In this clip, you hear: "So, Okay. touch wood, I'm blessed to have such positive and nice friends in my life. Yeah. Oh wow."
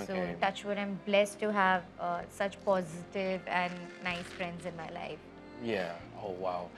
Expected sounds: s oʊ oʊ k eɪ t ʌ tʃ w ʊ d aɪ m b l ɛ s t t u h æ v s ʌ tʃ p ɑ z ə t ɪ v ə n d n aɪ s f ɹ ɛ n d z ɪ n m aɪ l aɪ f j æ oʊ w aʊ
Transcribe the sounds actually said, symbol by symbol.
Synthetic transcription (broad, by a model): s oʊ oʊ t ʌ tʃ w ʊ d aɪ m b l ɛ s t t u h æ v s ʌ tʃ p ɑ z ə t ɪ v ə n n aɪ s f ɹ ɛ n d z ɪ n m aɪ l aɪ f j æ oʊ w aʊ